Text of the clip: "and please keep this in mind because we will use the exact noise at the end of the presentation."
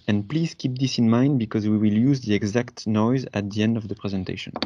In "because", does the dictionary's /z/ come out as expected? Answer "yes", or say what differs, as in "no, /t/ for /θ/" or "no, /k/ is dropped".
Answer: yes